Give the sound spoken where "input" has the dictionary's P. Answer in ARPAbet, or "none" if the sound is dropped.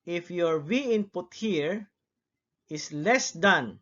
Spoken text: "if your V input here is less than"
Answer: P